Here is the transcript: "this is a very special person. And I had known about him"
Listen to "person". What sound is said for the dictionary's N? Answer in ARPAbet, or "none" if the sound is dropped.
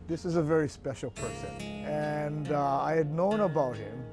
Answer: N